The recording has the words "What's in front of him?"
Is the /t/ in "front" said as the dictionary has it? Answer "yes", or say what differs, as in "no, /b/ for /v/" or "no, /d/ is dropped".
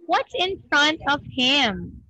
yes